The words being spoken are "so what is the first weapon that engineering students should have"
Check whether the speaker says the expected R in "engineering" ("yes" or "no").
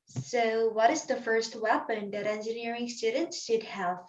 yes